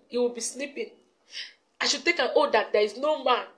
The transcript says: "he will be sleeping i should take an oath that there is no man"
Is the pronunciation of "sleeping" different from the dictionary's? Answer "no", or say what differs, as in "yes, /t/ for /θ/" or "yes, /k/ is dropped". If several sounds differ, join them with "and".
yes, /n/ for /l/